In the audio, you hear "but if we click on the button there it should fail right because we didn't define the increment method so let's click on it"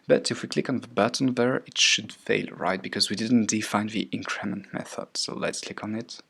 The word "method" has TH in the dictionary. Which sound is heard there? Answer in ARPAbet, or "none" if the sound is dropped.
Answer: TH